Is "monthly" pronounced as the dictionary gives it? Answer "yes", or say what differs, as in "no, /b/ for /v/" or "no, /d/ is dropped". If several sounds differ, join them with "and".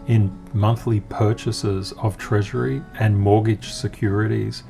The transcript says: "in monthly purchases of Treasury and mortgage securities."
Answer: yes